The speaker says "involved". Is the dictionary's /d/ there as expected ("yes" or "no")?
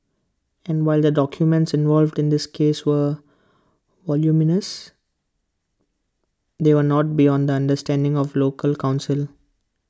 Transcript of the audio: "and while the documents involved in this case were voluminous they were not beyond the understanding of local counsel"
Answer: yes